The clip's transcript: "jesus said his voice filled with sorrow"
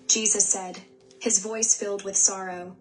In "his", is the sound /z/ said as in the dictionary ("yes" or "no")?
yes